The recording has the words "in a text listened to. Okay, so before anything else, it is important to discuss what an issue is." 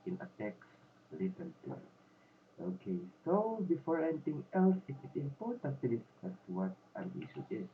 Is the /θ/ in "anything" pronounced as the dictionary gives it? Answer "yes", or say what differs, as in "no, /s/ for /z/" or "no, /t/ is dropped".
no, /t/ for /θ/